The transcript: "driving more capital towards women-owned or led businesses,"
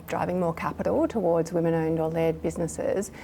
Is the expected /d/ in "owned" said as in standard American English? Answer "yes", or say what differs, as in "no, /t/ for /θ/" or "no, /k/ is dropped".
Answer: yes